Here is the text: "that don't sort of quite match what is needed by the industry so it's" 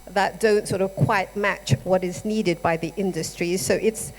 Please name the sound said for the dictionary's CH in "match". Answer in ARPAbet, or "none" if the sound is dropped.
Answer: CH